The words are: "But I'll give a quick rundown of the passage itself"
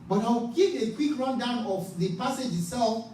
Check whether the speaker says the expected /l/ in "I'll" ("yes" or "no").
no